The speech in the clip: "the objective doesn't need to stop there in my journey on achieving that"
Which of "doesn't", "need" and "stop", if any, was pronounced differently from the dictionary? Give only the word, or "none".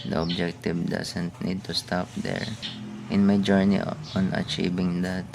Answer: doesn't